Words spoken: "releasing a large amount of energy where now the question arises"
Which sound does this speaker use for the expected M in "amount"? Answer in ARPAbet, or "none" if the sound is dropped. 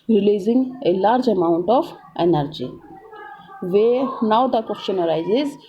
M